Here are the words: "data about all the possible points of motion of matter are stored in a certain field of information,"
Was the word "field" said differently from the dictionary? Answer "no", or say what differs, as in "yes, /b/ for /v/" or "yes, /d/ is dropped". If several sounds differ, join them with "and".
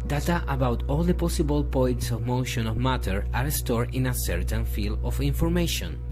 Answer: yes, /d/ is dropped